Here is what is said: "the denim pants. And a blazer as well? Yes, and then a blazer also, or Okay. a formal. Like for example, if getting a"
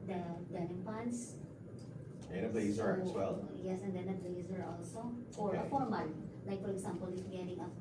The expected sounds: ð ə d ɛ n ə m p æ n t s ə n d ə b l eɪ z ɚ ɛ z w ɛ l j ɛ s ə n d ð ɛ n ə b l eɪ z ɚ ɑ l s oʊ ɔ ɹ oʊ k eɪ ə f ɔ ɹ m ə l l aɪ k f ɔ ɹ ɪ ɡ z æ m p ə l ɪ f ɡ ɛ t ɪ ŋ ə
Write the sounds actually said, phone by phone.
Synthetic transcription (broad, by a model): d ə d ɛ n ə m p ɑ n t s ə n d ə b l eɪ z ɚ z w ɛ l j ɛ s ə n d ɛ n ə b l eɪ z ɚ ɑ l s oʊ ɔ ɹ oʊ ə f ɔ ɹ m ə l l aɪ k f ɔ ɹ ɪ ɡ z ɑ m p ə l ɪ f ɡ ɛ t ɪ ŋ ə